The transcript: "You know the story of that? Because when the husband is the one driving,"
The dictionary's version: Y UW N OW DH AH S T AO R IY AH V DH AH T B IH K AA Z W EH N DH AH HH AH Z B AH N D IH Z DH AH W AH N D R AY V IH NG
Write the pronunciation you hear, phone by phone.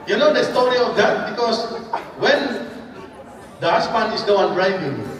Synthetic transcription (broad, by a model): Y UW N OW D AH S T AO R IY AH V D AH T B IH K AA S W EH N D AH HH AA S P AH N IH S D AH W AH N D R AY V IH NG